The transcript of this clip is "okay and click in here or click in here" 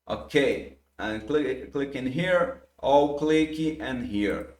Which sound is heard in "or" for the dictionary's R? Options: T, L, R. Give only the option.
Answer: L